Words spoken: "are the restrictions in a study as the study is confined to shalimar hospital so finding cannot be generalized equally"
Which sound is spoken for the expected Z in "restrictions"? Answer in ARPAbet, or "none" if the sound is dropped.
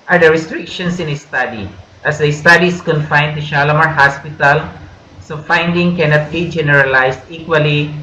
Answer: S